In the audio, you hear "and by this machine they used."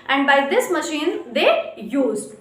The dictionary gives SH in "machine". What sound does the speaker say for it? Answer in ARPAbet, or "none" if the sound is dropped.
SH